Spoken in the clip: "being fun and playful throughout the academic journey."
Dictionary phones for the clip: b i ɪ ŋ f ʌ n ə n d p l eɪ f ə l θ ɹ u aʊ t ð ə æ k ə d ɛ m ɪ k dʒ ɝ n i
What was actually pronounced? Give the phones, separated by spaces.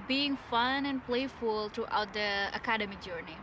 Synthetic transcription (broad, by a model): b i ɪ ŋ f ʌ n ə n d p l eɪ f ə l t ɹ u aʊ t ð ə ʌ k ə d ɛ m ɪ dʒ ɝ n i